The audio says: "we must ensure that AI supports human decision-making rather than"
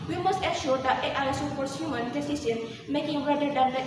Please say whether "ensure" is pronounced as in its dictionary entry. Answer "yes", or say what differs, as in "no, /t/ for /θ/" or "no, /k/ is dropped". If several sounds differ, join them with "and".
no, /n/ is dropped